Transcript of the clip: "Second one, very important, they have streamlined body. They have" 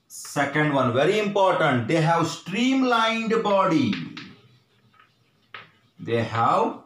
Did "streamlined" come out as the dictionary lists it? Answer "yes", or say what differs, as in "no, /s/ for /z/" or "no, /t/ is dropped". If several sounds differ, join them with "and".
yes